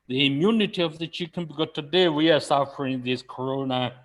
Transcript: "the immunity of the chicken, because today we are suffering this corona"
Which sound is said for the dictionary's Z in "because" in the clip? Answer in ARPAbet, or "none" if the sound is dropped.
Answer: none